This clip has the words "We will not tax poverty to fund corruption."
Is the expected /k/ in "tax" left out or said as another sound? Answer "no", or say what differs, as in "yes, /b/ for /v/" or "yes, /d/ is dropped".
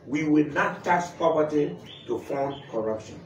yes, /k/ is dropped